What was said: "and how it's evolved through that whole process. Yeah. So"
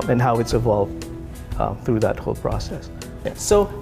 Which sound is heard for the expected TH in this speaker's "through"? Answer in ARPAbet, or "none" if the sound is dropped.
TH